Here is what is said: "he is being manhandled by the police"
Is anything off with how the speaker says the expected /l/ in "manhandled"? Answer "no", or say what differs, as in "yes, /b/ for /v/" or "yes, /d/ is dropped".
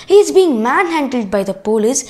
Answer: no